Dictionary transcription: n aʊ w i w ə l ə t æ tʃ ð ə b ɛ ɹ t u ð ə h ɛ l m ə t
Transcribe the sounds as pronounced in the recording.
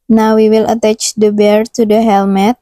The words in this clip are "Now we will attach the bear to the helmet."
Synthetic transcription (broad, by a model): n aʊ w i w ə l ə t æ tʃ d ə b ɛ ɹ t u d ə h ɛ l m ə t